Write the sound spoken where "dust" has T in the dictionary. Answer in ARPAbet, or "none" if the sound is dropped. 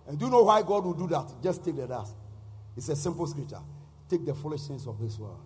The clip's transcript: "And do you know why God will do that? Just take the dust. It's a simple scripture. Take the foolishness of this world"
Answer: none